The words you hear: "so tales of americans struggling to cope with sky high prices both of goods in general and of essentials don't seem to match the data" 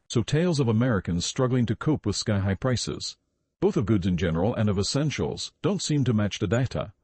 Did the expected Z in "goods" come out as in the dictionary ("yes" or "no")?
yes